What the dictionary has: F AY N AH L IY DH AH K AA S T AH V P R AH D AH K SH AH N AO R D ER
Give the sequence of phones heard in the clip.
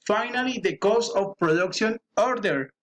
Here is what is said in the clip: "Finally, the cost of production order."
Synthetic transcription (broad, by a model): F AY N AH L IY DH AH K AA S AH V P R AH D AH K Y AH N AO R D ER